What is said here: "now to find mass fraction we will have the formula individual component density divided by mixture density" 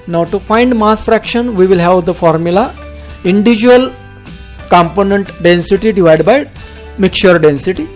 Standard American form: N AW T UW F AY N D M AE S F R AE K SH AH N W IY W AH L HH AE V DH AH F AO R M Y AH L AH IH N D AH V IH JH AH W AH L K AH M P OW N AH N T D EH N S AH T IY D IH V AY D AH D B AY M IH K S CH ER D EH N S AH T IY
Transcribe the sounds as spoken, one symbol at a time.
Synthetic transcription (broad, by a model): N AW T UW F AY N D M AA S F R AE K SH AH N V IY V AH L HH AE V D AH F AO R M Y AH L AH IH N D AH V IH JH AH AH L K AH M P OW N AH N T D EH N S AH T IY D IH V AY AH D B AY M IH K CH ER D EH N S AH T IY